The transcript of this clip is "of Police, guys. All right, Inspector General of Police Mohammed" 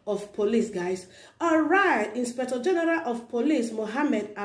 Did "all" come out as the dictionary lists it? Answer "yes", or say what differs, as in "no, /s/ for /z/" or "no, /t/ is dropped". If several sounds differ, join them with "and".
no, /n/ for /l/